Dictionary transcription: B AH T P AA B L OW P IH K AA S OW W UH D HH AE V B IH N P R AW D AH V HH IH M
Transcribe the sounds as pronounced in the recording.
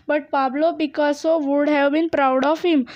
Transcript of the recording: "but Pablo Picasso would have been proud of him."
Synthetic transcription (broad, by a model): B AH T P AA B L OW B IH K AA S OW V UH D HH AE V B IH N P R AW D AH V HH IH M